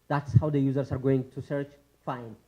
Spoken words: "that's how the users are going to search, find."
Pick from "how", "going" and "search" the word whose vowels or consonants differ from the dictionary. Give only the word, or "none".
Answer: none